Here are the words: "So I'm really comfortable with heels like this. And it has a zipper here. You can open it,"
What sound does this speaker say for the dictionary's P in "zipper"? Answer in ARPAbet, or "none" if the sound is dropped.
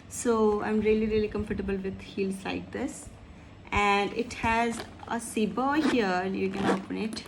B